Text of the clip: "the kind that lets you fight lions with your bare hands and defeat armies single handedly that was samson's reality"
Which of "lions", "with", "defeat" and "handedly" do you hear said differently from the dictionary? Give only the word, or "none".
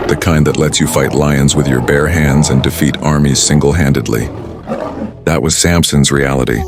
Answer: none